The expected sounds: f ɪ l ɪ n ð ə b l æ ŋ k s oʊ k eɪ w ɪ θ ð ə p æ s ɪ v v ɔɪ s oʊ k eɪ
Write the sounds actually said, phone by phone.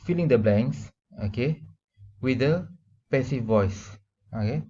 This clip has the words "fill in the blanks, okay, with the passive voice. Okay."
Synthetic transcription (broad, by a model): f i l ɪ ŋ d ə b l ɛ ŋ s oʊ k eɪ w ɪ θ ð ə p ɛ s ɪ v v ɔɪ s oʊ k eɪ